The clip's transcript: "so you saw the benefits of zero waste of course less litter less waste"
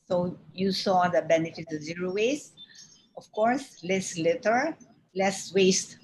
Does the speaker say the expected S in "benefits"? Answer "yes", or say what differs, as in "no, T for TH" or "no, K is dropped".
no, S is dropped